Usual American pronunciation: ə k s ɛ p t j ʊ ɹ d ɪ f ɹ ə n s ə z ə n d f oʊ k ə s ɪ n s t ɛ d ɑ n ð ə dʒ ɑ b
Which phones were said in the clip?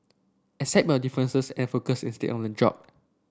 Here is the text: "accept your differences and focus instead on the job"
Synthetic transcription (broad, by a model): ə s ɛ t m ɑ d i f ɹ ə n s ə s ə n f oʊ k ə s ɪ n s t ɛ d ɑ n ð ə dʒ ɑ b